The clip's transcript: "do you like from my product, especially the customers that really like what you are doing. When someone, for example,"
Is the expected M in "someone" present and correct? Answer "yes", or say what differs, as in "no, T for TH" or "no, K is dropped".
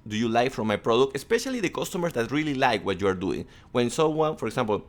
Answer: no, M is dropped